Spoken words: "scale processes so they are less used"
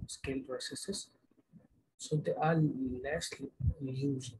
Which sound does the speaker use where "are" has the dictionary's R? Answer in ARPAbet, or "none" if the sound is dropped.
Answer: L